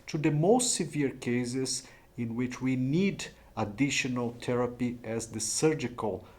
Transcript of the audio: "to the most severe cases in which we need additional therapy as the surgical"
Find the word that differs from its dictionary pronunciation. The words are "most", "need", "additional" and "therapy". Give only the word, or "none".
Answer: therapy